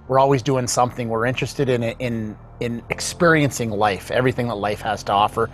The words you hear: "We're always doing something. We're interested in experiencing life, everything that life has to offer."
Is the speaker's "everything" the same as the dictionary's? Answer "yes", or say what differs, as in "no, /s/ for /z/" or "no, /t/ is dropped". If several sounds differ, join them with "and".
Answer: yes